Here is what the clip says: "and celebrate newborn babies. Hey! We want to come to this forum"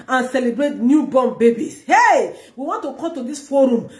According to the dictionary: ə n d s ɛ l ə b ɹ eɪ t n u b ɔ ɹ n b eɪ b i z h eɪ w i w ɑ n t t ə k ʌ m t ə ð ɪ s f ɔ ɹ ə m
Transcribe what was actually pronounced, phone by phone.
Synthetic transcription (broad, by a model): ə n s ɛ l ə b ɹ eɪ t n u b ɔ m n b eɪ b i s h eɪ w i w ɑ n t t ə k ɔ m t ə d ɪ s f ɔ ɹ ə m